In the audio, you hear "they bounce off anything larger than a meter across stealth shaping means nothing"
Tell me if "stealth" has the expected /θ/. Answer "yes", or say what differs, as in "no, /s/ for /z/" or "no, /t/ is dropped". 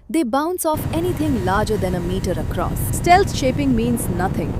no, /s/ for /θ/